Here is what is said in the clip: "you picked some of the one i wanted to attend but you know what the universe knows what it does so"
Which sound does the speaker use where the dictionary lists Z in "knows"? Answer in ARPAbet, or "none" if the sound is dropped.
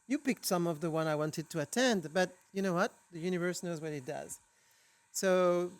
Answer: Z